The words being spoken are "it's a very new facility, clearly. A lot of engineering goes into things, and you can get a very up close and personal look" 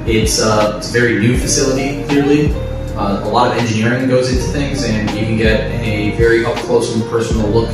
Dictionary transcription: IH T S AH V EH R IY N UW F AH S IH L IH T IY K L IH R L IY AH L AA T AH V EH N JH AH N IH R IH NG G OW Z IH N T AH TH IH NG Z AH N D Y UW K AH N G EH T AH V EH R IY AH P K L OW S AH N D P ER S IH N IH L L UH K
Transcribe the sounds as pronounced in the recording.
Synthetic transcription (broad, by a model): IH T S AH V EH R IY N UW F AH S IH L IH T IY K L IH R L IY AH L AA T AH V EH N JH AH N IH R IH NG G OW Z IH N T AH TH IH NG Z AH N Y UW K AH N G EH T AH V EH R IY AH F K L OW AH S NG P ER S N L L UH K